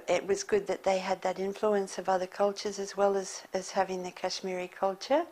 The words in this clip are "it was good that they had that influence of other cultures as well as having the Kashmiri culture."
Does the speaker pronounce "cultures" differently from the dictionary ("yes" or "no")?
no